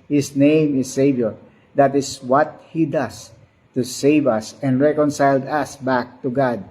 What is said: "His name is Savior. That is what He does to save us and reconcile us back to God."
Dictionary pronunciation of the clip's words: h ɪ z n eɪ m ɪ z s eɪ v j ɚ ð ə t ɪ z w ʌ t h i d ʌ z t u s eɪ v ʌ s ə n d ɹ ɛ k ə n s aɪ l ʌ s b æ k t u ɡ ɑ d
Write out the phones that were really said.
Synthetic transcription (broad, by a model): h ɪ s n eɪ m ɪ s eɪ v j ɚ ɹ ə t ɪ s w ʌ t h i d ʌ s t u s eɪ v ʌ s ə n d ɹ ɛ k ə n s aɪ l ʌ s b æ k t u ɡ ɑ d